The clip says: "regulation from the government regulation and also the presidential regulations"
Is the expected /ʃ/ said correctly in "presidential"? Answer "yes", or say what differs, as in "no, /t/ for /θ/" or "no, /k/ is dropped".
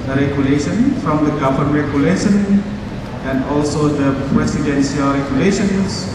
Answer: no, /s/ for /ʃ/